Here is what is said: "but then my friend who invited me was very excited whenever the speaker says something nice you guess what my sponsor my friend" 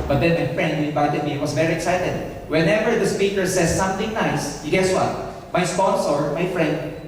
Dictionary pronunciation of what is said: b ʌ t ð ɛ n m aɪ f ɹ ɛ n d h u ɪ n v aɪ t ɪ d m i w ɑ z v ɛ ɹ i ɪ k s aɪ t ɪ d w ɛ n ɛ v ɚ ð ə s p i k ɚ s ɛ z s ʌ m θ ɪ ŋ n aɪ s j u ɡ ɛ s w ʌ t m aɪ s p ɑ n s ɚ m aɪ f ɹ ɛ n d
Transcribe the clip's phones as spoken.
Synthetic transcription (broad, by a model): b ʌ t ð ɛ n m aɪ f ɹ ɛ n d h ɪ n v aɪ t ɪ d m i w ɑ s v ɛ ɹ i ɪ k s aɪ t ɪ d w ɛ n ɛ v ɚ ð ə s p i k ɚ s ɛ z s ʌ m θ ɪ ŋ n aɪ s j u ɡ ɛ s w ʌ t m aɪ s p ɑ n s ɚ m aɪ f ɹ ɛ n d